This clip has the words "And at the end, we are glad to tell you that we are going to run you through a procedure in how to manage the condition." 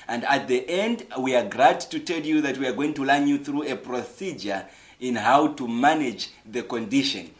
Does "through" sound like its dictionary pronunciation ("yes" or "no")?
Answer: yes